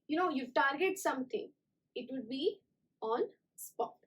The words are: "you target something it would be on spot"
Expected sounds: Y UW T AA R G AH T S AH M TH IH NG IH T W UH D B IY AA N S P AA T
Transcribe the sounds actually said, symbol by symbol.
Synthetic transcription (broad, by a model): Y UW T AA R G AH T S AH M T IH NG IH T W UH D B IY AA N S P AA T